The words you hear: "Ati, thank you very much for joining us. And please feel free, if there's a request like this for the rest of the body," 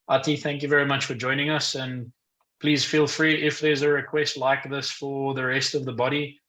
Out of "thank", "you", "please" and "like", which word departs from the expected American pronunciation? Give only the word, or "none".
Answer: none